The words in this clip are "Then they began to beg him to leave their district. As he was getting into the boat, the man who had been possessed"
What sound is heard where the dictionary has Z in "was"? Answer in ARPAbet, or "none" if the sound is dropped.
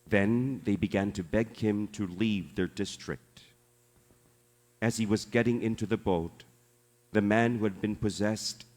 Z